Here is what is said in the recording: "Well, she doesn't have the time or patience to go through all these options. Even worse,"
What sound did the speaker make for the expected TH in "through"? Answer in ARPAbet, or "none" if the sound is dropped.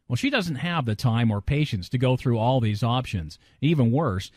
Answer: TH